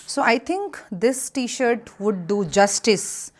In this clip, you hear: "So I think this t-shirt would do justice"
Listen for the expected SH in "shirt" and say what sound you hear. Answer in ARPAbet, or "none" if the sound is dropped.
SH